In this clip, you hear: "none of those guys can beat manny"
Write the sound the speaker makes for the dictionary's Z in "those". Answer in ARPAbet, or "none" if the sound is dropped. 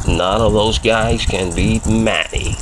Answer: Z